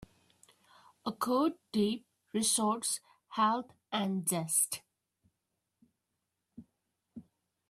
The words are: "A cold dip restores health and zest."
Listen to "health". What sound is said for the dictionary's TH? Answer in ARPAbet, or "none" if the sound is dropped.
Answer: T